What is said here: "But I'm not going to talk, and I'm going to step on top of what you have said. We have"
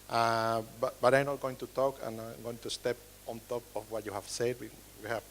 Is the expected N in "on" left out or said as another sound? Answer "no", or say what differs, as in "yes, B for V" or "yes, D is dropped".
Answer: no